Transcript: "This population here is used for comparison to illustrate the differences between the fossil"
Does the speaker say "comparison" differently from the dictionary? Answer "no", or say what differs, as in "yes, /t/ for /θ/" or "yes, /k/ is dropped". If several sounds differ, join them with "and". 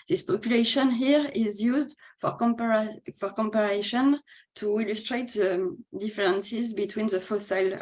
yes, /ʃ/ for /s/